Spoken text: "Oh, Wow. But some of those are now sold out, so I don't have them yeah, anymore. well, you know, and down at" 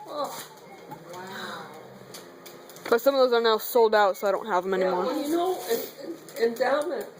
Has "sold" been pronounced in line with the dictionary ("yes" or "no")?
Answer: yes